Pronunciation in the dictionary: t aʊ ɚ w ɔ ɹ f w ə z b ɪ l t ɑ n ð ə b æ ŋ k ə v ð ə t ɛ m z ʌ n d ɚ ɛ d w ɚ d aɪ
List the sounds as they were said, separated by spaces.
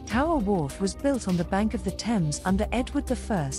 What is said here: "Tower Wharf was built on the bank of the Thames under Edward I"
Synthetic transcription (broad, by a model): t aʊ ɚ w ɔ ɹ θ w ə z b ɪ l t n ð ə b æ ŋ k ə v ð ə t ɛ m z ʌ n d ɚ ɛ d w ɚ d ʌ